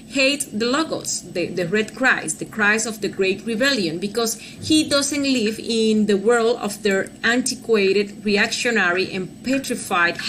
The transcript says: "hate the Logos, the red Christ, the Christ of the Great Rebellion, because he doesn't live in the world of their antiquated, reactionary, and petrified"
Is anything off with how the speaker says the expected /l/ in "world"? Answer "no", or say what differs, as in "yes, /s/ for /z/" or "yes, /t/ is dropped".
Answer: no